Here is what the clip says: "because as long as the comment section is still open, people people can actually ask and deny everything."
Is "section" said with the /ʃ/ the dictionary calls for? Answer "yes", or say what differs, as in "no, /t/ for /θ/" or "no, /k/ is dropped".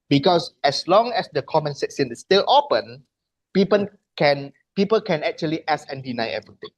no, /s/ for /ʃ/